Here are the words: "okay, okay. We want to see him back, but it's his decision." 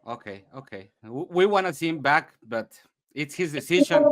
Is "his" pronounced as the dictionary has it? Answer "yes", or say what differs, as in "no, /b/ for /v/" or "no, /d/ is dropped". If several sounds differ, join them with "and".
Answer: yes